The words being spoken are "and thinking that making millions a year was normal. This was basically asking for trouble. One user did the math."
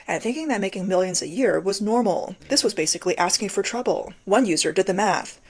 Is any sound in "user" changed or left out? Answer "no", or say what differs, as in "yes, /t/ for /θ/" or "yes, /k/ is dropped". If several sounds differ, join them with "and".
no